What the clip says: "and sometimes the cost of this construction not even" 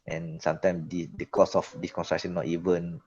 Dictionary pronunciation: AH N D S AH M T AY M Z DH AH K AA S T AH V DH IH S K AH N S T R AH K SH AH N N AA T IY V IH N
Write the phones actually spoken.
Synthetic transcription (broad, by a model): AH N S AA M T AY M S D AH K AA S AH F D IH S K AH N S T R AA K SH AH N N AA T IY V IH N